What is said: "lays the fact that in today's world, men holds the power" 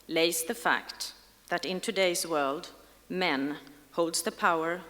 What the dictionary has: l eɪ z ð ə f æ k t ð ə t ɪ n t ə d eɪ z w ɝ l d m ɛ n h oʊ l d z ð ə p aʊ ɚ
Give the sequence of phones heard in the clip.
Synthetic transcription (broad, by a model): l eɪ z ð ə f æ k t ð ə t ɪ n t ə d eɪ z w ɝ l d m ɛ n h oʊ l d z ð ə p aʊ ɚ